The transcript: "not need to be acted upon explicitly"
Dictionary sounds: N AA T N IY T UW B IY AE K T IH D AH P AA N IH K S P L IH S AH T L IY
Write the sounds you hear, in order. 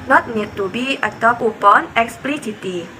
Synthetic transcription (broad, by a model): N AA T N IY T UW B IY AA T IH AH P AA N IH K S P L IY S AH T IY